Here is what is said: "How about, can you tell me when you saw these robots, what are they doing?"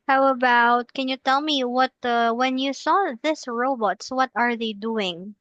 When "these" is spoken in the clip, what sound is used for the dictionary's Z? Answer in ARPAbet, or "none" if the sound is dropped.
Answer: S